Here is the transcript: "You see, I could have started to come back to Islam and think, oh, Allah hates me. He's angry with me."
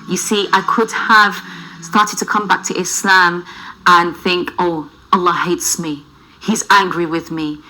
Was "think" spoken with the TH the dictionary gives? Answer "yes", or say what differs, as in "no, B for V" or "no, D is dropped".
yes